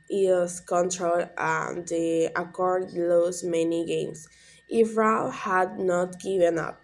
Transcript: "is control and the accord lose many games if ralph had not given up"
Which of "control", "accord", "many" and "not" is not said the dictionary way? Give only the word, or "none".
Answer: none